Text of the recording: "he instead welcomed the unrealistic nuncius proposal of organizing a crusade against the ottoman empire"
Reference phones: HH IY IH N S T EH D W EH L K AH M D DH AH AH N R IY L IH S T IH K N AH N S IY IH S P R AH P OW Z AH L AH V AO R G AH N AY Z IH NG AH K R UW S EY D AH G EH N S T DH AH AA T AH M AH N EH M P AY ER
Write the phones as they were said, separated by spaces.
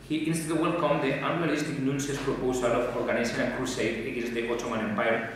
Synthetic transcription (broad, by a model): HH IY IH N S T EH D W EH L K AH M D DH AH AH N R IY L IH S T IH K N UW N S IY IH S P R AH P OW S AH L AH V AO R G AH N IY S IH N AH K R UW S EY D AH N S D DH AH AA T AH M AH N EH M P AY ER